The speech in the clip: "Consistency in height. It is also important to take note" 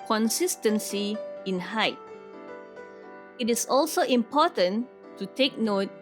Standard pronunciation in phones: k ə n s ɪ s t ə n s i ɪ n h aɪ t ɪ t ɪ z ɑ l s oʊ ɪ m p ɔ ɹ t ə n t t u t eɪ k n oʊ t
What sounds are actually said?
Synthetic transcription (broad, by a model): k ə n s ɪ s t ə n s i ɪ n h aɪ t ɪ t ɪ s ɑ l s oʊ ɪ m p ɔ t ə n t t u t eɪ k n oʊ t